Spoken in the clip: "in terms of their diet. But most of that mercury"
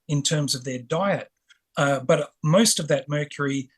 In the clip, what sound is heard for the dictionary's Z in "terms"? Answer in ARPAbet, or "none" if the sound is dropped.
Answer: Z